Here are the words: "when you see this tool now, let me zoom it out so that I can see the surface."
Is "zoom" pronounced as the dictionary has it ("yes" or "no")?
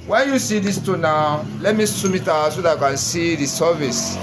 no